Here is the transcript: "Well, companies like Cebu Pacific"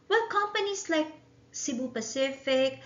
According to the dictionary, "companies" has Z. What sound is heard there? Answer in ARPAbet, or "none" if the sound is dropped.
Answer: S